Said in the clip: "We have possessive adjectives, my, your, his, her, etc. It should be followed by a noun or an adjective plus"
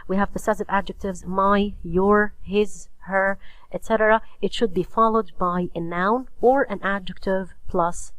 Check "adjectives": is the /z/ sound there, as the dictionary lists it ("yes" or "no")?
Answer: yes